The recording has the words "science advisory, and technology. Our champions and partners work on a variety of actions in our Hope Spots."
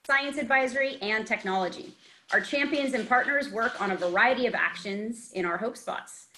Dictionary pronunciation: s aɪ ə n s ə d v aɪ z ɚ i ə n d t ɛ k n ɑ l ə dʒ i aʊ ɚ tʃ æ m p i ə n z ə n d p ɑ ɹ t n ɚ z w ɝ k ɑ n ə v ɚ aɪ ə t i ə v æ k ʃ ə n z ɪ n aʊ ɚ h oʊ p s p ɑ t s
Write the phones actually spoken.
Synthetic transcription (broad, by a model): s aɪ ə n s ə d v aɪ z ɚ i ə n t ɛ k n ɑ l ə dʒ i aʊ ɚ tʃ æ m p i ə n z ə n p ɑ ɹ t n ɚ z w ɝ k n ə v ɚ aɪ ə t i ə v æ k ʃ ə n z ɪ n aʊ ɚ h oʊ p s p ɑ t s